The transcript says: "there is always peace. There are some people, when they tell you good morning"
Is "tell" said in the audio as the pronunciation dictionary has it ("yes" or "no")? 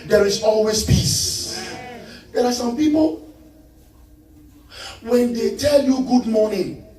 yes